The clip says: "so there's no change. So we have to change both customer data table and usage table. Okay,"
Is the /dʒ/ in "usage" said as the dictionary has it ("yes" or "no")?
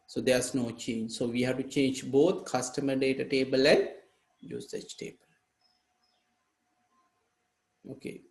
no